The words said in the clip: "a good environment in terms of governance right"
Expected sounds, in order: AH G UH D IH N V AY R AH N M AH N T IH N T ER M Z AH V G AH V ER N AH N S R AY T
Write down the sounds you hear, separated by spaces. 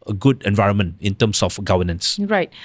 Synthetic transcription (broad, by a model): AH G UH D IH N V AY R AH N M AH N T IH N T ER M S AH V G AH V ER N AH N S R AY T